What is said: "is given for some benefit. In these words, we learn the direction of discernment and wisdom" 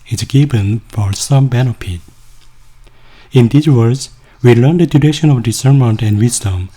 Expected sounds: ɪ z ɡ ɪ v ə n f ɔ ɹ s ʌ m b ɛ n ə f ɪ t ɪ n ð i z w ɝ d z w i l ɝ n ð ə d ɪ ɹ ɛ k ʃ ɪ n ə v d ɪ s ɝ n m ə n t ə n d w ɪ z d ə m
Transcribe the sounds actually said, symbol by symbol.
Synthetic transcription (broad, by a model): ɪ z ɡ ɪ b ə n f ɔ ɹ s ʌ m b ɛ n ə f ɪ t ɪ n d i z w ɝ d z w i l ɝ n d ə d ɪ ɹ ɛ ʃ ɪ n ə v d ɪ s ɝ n m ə n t ə n d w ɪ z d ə m